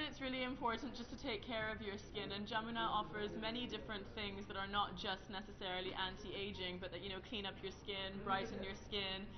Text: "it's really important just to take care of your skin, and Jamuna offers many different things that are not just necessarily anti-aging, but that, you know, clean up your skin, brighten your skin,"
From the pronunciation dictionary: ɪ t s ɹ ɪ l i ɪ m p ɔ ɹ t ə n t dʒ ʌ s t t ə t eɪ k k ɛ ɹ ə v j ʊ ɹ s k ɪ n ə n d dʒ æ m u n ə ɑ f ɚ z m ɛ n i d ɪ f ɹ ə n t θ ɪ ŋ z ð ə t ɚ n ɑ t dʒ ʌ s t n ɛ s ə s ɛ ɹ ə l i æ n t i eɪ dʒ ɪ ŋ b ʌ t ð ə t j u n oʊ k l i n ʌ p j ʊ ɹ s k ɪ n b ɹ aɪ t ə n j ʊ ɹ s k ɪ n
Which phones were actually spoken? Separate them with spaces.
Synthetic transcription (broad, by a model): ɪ t s ɹ ɪ l i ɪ m p ɔ ɹ t n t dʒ ʌ s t t ə t eɪ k k ɛ ɹ ə v j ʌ ɹ s k ɪ n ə n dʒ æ m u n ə ɑ f ɚ z m ɛ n i d ɪ f ɹ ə n θ ɪ ŋ z ð ə t ɚ n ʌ t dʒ ʌ s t n ɛ s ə s ɛ ɹ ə l i æ n t i eɪ dʒ ɪ ŋ b ʌ t ð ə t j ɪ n oʊ k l i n ʌ p j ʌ ɹ s k ɪ n b ɹ aɪ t n j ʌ ɹ s k ɪ n